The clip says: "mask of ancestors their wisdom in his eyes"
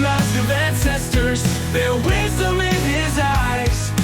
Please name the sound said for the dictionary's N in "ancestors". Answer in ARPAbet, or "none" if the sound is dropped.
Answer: N